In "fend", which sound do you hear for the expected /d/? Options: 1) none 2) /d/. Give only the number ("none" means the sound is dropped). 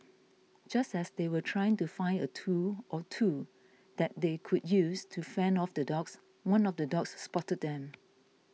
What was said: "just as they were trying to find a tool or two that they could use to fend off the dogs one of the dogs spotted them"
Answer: 1